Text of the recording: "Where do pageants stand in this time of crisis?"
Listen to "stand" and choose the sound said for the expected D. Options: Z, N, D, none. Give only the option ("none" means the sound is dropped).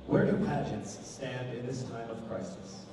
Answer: D